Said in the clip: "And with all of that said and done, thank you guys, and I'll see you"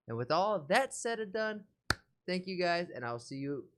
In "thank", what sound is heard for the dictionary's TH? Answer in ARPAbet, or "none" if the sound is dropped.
TH